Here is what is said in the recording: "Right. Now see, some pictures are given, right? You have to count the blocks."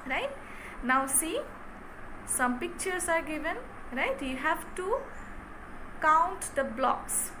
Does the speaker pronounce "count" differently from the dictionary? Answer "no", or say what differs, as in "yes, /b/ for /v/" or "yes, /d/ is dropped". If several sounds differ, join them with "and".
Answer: no